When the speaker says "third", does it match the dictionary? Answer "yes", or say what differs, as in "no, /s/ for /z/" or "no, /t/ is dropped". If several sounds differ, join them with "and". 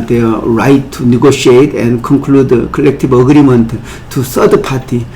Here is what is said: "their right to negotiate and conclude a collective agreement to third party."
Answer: no, /s/ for /θ/